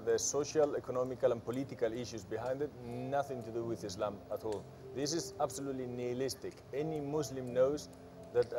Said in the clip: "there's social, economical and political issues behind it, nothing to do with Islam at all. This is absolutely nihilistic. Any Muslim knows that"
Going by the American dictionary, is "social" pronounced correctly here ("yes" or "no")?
yes